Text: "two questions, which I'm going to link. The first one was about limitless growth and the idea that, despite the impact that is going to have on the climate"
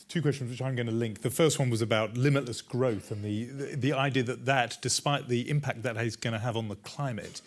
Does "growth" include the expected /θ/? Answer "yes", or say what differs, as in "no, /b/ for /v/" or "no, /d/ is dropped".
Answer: yes